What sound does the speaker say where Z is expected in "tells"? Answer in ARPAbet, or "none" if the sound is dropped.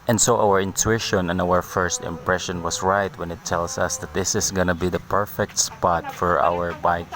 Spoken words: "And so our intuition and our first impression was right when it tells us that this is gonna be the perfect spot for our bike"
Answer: S